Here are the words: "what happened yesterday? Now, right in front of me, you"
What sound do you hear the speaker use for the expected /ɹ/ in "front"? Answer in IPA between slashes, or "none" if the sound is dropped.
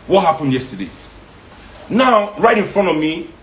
/ɹ/